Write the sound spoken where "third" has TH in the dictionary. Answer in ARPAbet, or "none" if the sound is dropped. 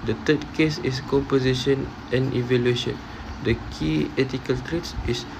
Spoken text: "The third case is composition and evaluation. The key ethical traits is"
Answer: T